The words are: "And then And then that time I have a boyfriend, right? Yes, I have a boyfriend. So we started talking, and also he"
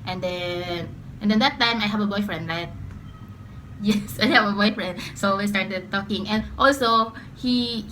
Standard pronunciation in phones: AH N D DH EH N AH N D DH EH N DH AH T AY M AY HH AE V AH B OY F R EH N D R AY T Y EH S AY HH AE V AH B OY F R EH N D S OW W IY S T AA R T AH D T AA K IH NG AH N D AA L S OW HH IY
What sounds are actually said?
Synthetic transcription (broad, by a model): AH N D EH N AH N D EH N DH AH T AY M AY HH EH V AH B OY F R EH N D L AY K Y EH S AY HH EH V AH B OY F R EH N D S OW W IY S T AA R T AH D T AA K IH NG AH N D AA L S OW HH IY